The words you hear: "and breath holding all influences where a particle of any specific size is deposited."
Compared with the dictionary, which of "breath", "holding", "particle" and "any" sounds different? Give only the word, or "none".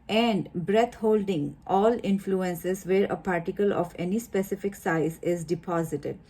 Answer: breath